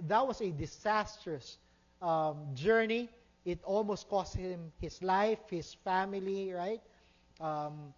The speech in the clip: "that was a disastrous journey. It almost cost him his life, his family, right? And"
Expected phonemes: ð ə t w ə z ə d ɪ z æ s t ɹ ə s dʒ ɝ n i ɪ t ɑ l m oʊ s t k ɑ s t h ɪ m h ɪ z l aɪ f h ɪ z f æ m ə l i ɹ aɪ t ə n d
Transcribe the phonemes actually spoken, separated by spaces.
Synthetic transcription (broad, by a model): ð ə t w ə s ə d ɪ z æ s t ɹ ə s dʒ ɝ n i ɪ t ɑ l m oʊ s t k ɑ s t h ɪ m h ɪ s l aɪ f h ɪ s f æ m ə l i ɹ aɪ t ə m